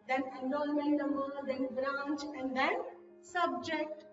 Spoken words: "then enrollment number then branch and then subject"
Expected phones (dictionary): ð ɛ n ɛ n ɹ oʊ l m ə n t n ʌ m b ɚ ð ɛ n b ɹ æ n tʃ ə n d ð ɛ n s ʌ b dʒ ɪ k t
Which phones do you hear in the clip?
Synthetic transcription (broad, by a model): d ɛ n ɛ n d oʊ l m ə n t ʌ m ɚ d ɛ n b ɹ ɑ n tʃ ə n d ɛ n s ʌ b dʒ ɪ k t